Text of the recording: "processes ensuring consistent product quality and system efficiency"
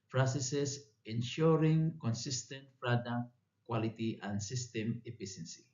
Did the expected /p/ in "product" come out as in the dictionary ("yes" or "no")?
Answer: no